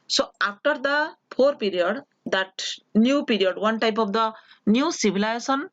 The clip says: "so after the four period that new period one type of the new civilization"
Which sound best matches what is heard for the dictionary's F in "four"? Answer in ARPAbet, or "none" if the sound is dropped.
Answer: P